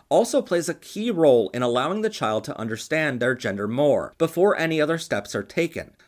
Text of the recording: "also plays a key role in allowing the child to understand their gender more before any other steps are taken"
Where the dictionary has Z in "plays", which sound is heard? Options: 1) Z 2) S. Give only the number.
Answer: 1